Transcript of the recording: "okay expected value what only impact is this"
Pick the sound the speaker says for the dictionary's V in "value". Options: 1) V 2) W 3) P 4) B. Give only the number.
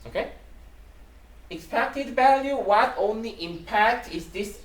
1